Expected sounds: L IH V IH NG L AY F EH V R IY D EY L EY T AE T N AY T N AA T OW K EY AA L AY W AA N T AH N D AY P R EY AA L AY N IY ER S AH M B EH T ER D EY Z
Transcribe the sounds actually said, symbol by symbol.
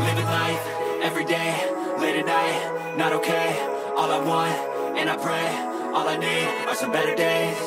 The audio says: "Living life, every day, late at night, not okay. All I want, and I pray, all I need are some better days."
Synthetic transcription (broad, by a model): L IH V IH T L AY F EH V R IY D EY L EY T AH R N AY T N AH T OW K EY AA L AY W AA N T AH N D AY P R EY AA L AY N IY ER S AH M B EH T ER D EY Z